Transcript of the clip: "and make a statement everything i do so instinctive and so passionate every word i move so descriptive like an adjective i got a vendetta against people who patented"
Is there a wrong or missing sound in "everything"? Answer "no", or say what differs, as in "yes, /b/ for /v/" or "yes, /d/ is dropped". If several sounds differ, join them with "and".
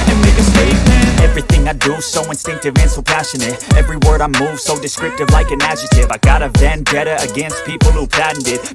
no